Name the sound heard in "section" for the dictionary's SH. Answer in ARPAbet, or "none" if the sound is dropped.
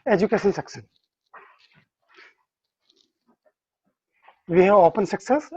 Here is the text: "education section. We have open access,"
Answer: S